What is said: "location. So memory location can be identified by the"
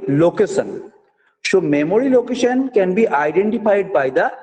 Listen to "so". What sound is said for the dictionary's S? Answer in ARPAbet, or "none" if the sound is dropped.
SH